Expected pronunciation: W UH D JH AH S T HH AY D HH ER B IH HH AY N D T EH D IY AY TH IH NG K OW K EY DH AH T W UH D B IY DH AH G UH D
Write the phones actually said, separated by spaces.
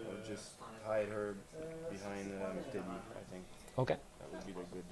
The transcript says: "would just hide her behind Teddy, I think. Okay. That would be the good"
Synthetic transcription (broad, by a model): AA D JH AH S T HH AY D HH ER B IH HH AY N D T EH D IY AY TH IH NG K OW K EY DH AH T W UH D B IY DH AH G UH D